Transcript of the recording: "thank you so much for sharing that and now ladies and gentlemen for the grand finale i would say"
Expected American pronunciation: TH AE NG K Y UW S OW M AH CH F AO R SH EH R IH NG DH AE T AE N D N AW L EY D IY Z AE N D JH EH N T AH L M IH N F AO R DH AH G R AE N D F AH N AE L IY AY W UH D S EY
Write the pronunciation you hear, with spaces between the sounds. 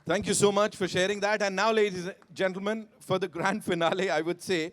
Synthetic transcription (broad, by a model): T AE NG K Y UW S OW M AH CH F AO R SH EH R IH NG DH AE T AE N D N AW L EY D IY Z JH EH N T L M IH N F AO R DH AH G R AE N D F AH N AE L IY AY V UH D S EY